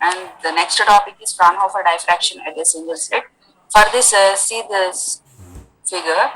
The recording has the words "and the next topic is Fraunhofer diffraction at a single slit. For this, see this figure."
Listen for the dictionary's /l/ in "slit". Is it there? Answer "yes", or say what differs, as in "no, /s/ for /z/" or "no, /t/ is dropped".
no, /l/ is dropped